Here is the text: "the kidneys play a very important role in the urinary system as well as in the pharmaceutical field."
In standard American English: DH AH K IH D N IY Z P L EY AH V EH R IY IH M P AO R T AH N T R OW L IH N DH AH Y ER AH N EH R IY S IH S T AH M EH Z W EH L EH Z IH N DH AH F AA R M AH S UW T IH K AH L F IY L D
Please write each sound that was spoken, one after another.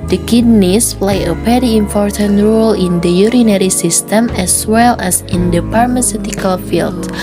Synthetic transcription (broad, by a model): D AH K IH D N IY S P L EY AH P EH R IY IH M P AO R T AH N T R OW L IH N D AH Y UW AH N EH R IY S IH S T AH M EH S W EH L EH S IH N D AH P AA R M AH S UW T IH K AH L F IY L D